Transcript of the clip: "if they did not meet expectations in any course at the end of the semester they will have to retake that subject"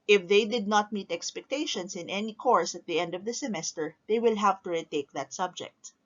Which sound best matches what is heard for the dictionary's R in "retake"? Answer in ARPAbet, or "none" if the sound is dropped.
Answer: R